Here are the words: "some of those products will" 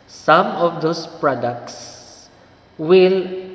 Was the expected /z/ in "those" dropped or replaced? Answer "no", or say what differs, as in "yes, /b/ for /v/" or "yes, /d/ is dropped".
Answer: yes, /s/ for /z/